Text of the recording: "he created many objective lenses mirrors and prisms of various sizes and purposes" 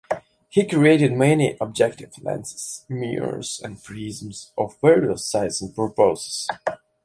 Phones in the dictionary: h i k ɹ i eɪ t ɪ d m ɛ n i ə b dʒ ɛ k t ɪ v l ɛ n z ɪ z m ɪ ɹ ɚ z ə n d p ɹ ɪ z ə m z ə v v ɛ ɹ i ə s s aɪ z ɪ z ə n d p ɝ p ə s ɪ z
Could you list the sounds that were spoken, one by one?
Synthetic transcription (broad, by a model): h i k ɹ i eɪ t ɪ d m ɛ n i ə b dʒ ɛ k t ɪ v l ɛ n s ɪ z m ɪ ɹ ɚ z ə n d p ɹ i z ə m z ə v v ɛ ɹ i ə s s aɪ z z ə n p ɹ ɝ p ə ɪ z